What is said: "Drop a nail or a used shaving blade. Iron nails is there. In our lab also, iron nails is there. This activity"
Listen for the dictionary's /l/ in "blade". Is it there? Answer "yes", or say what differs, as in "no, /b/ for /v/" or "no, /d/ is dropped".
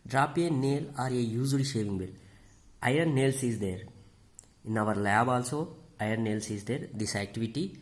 no, /l/ is dropped